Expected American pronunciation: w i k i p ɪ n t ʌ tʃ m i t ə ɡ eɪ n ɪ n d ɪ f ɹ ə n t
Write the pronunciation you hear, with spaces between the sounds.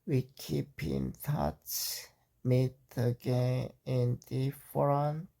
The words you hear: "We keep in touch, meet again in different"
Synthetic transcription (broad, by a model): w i k i p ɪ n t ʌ s m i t ə ɡ eɪ n ɪ n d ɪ f ɹ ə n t